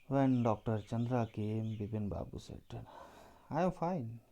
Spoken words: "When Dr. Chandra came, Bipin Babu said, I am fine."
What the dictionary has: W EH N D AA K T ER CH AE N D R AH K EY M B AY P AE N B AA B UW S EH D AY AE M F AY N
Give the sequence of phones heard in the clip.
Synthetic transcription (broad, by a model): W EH N D AA K T ER CH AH N D R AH K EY M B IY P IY N B AA B UW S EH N AY M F AY N